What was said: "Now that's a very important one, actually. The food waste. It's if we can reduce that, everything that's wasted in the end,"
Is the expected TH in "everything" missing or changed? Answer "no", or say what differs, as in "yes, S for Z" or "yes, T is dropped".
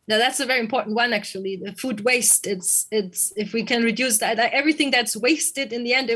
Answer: no